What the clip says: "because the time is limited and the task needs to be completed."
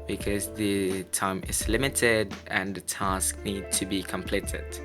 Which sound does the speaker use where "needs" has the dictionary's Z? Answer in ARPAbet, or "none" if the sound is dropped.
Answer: none